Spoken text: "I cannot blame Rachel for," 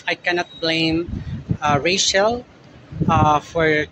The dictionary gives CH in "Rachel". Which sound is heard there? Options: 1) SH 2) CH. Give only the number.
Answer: 1